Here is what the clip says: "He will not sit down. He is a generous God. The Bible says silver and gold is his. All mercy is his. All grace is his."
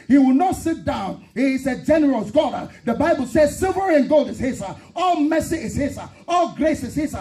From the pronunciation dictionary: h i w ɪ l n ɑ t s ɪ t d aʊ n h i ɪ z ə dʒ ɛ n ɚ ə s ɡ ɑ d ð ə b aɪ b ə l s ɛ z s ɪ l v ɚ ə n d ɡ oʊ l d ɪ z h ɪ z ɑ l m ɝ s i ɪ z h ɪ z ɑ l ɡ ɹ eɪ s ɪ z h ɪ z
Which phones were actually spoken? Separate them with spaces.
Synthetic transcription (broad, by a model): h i w ɪ l n ɑ t s ɪ t d aʊ n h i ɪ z ə dʒ ɛ n ɚ ə s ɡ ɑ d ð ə b aɪ b ə l s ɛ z s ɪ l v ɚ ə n ɡ oʊ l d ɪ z h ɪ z ɑ l m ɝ s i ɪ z h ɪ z ɑ l ɡ ɹ eɪ s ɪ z h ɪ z